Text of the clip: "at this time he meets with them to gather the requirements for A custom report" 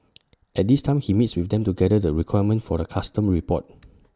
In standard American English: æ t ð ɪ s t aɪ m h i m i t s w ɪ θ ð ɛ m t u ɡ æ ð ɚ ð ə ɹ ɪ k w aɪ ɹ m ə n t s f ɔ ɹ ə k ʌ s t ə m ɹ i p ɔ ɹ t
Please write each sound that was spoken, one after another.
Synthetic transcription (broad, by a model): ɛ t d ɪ s t aɪ m h i m i t s w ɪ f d ɛ m t u ɡ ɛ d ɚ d ə ɹ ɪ k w aɪ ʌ m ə n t f ɔ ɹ ə k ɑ s t ə m ɹ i p ɔ t